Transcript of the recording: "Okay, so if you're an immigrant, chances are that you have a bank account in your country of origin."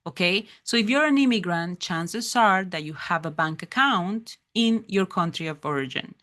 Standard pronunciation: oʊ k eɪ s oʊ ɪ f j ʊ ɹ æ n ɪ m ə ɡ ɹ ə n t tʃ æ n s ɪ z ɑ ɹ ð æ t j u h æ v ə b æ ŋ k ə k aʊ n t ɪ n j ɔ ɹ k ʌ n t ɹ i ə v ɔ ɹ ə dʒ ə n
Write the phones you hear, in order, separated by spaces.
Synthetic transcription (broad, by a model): oʊ k eɪ s oʊ ɪ f j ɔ ɹ æ n ɪ m ə ɡ ɹ ə n t tʃ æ n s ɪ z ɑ ɹ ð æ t j u h æ v ə b æ ŋ k ə k aʊ n t ɪ n j ɔ ɹ k ʌ n t ɹ i ə v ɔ ɹ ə dʒ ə n